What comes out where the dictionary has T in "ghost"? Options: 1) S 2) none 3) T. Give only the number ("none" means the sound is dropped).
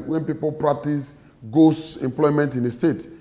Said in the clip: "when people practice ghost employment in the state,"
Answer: 2